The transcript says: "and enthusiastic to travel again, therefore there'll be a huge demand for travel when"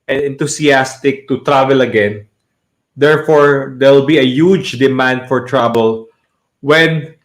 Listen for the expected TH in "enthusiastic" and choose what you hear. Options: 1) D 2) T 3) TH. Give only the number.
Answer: 2